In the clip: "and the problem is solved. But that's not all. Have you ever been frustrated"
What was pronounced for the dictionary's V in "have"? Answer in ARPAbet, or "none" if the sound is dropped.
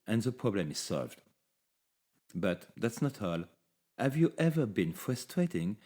V